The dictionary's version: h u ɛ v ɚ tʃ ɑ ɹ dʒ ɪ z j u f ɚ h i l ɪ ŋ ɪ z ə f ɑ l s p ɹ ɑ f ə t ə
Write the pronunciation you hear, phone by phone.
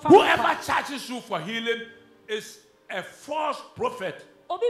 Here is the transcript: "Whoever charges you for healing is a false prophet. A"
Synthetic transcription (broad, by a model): h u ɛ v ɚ tʃ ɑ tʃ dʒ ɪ s j u f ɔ h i l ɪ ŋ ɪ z ə f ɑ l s p ɹ ɑ f ə t